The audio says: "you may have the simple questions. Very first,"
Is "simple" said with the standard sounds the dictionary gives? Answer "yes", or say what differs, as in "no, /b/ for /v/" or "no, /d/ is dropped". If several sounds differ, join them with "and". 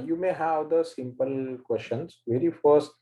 yes